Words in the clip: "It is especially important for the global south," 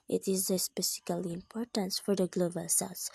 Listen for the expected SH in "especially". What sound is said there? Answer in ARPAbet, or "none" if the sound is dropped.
S